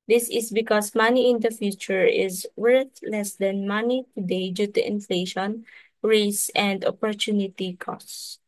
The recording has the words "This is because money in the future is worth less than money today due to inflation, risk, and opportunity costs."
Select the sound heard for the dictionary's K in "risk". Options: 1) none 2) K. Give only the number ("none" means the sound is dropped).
1